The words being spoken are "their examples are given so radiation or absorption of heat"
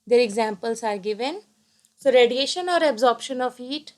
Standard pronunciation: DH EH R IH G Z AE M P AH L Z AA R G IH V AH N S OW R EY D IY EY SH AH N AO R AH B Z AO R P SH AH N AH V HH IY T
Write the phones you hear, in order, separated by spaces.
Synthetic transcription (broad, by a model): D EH R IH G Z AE M P AH L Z AA R G IH V AH N S OW R EY D IY EY SH AH N AO R AH B Z AO R P SH AH N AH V IY T